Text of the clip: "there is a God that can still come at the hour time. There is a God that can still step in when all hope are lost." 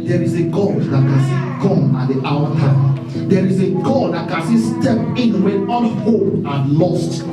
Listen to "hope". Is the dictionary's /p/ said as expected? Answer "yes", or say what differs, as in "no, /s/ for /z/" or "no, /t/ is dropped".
no, /p/ is dropped